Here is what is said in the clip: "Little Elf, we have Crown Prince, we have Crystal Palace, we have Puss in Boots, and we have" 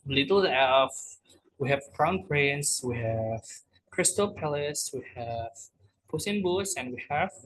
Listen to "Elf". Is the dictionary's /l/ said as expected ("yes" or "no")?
no